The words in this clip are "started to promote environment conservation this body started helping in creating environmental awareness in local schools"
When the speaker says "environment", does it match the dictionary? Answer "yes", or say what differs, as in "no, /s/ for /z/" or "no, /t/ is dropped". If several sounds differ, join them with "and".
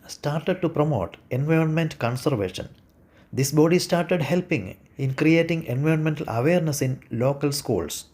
yes